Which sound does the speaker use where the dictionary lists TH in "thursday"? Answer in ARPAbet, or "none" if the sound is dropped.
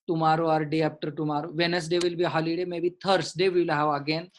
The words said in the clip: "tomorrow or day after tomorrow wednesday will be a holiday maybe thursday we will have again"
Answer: T